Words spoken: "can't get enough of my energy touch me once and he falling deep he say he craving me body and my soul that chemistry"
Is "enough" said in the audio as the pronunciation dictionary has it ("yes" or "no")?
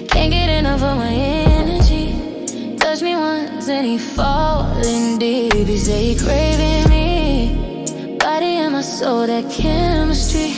no